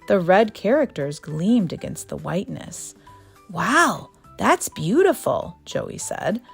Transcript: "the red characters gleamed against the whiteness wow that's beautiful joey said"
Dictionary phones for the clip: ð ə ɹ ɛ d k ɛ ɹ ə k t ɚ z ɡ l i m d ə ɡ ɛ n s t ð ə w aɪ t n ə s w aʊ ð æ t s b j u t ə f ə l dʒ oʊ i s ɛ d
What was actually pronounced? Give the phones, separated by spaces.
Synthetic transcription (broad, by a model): ð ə ɹ ɛ d k ɛ ɹ ə k t ɚ z ɡ l i m d ə ɡ ɛ n s t ð ə w aɪ t n ə s w aʊ ð æ t s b j u t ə f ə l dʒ oʊ i s ɛ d